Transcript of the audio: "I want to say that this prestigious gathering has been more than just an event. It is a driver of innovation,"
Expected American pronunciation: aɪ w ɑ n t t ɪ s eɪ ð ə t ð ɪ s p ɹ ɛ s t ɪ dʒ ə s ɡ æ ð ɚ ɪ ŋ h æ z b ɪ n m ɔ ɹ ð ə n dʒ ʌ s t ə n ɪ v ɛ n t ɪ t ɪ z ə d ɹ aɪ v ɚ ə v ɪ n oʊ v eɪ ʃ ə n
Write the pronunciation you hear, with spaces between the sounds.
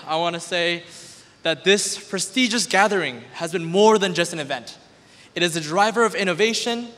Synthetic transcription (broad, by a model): aɪ w ɑ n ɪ s eɪ ð ə t ð ɪ s p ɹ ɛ s t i dʒ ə s ɡ æ ð ɚ ɪ ŋ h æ z b ɪ n m ɔ ɹ ð ə n dʒ ʌ s t ə n ɪ v ɛ n t ɪ t ɪ z ə d ɹ aɪ v ɚ ə v ɪ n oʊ v eɪ ʃ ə n